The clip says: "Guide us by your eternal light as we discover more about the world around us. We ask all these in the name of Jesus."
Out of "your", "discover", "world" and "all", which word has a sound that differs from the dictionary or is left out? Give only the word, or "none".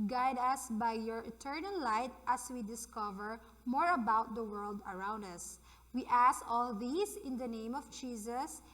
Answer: none